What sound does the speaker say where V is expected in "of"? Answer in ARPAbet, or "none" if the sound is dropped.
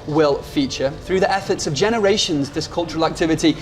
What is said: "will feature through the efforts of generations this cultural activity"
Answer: V